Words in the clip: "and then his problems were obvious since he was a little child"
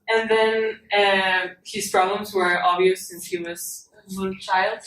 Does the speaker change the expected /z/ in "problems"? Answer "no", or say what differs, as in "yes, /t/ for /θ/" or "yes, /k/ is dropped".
no